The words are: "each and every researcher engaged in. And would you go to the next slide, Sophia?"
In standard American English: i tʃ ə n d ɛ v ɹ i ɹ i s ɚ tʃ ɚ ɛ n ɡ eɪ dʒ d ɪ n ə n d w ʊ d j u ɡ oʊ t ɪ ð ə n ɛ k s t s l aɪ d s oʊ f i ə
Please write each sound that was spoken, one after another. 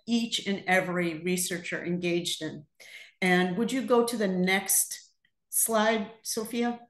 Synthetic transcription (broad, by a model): i tʃ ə n ɛ v ɹ i ɹ i s ɚ tʃ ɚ ɛ n ɡ eɪ dʒ d ɪ n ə n w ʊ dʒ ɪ ɡ oʊ t ɪ ð ə n ɛ k s t s l aɪ d s oʊ f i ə